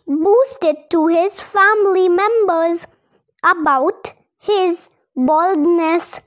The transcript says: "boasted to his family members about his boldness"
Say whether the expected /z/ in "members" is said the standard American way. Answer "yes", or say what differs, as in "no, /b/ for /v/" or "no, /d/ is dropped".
yes